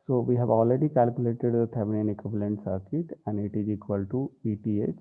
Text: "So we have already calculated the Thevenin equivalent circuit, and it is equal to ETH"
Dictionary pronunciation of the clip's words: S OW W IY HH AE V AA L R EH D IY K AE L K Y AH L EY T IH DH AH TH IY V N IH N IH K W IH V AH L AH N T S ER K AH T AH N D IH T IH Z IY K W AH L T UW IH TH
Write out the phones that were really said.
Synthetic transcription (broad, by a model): S OW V IY HH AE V AA L R EH D IY K AE L K Y AH L EY T IH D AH T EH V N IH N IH K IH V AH L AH N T S ER K AH T AH N D IH T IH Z IY K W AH L T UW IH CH